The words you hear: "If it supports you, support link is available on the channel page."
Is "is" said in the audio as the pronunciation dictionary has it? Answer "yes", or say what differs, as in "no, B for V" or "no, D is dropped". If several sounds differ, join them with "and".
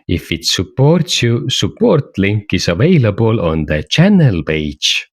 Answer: no, S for Z